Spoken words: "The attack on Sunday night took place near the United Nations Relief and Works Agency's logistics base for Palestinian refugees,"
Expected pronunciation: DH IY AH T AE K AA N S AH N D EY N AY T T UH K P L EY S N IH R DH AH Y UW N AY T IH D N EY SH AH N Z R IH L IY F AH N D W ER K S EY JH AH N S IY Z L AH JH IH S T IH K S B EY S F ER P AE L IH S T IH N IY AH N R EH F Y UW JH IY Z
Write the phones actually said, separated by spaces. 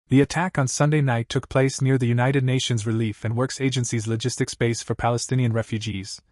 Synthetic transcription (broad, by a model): DH IY AH T AE K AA N S AH N D EY N AY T T UH K P L EY S N IH R DH AH Y UW N AY T IH D N EY SH AH N Z R IH L IY F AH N W ER K S EY JH AH N S IY Z L AH JH IH S T IH K S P EY S F ER P AE L IH S T IH N IY AH N R EH F Y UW JH IY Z